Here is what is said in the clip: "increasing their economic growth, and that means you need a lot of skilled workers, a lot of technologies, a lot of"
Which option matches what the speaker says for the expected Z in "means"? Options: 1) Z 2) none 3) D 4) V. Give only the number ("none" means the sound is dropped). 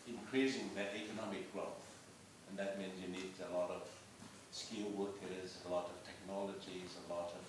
1